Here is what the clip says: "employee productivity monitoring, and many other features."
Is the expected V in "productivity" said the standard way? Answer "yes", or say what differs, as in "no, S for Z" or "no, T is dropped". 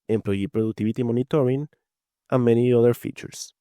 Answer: no, B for V